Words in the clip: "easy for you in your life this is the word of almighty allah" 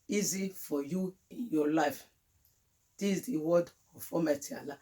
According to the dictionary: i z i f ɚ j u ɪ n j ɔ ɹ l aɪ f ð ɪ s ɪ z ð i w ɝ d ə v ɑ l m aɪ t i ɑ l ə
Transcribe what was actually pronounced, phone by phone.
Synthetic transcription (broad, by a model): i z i f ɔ j u ɪ n j ɔ l aɪ f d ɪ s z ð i w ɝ d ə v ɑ m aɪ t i ɑ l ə